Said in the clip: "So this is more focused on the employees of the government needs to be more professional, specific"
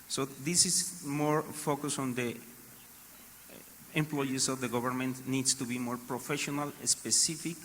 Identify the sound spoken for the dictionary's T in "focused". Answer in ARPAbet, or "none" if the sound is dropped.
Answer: none